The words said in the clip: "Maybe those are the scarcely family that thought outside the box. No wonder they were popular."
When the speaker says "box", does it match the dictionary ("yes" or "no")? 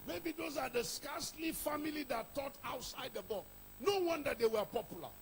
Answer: no